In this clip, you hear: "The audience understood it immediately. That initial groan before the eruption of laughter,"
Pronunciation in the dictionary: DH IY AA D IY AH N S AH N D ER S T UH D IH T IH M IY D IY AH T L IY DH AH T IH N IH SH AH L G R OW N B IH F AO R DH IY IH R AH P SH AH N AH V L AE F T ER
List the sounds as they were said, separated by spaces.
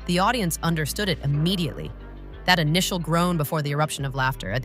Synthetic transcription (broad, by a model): DH IY AA D IY AH N S AH N D ER S T UH D IH T IH M IY D IY AH T L IY DH AH T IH N IH SH L G R OW N B IH F AO R DH IY IH R AH P SH AH N AH V L AE F T ER